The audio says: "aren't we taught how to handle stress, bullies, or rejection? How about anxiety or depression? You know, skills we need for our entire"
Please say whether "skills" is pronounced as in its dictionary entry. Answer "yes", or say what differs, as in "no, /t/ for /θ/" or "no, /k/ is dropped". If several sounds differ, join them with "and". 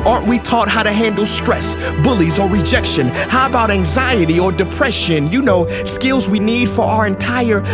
yes